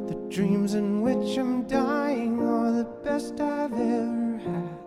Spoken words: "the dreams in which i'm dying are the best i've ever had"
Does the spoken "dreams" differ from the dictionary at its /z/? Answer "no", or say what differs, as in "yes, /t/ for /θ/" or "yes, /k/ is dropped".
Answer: no